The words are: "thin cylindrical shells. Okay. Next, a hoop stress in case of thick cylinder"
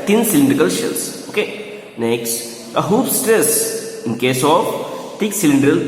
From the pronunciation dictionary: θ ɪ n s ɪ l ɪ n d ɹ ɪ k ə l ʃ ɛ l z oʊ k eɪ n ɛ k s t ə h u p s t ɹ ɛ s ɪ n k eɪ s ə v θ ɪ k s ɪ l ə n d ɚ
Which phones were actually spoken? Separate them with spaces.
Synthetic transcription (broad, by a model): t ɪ n s ɪ l ɪ n d ɹ ɪ k ə l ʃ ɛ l s oʊ k eɪ n ɛ k s t ə h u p s t ɹ ɛ s ɪ n k eɪ s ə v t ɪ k s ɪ l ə n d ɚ